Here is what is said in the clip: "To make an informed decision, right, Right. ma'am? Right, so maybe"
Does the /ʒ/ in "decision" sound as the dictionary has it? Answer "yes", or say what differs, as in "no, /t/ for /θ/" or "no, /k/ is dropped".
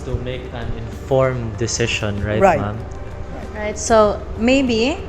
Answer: no, /ʃ/ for /ʒ/